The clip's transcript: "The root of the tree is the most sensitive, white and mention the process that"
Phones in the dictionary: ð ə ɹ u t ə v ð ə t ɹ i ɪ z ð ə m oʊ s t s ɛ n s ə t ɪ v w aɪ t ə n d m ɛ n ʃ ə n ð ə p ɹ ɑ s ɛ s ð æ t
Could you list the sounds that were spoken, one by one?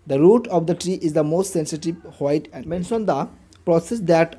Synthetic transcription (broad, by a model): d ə ɹ u t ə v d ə t ɹ i ɪ z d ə m oʊ s t s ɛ n s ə t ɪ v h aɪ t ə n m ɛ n s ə n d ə p ɹ ɑ s ɛ s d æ t